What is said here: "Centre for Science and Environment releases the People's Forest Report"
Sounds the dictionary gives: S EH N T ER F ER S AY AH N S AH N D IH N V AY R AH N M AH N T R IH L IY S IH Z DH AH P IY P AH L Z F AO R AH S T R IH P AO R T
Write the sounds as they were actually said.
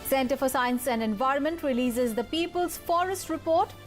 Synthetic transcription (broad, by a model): S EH N T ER F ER S AY AH N S AH N D IH N V AY R AH N M AH N T R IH L IY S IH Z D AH P IY P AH L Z F AO R AH S T R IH P AO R T